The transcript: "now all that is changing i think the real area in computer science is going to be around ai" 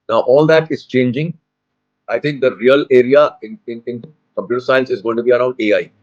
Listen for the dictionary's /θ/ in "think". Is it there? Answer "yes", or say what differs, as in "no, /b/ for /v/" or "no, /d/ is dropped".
no, /t/ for /θ/